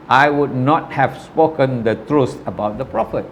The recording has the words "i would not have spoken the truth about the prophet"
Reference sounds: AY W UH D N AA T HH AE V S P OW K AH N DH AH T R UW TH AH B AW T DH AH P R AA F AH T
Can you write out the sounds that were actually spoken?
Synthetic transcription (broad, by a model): AY W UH D N AA T HH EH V S P OW K AH N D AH T R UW S AH B AW T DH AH P R AA F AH T